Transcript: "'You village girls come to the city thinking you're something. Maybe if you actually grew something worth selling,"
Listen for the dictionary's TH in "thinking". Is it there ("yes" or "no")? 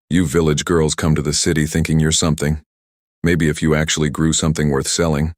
yes